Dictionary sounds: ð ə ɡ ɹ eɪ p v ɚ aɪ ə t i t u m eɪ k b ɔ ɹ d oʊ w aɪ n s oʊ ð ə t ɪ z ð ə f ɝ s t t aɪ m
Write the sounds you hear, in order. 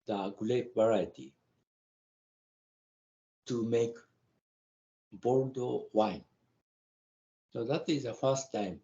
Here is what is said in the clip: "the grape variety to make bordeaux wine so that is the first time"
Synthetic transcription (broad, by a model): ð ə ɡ l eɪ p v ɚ aɪ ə t i t u m eɪ k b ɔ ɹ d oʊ w aɪ n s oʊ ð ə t ɪ z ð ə f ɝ s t t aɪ m